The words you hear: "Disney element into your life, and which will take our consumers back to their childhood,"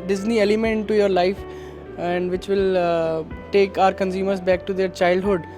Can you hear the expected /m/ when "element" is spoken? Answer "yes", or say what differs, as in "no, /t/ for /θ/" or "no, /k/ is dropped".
no, /m/ is dropped